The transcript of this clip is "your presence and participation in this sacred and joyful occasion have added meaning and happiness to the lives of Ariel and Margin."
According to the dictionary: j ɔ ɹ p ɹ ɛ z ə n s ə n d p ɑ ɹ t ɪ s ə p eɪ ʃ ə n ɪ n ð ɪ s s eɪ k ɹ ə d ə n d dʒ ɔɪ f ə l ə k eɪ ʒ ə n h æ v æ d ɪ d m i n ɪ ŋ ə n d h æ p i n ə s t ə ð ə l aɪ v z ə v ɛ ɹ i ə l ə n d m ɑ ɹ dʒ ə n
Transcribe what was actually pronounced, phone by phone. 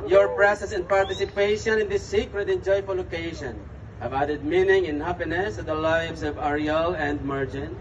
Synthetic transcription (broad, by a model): j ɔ ɹ p ɹ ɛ s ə s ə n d p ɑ ɹ t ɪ s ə p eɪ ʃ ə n ɪ n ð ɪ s s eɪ k ɹ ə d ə n dʒ ɔɪ f ə l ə k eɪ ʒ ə n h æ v æ d ɪ d m i n ɪ ŋ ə n h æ p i n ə s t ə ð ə l aɪ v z ə v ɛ ɹ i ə l ə n d m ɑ ɹ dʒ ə n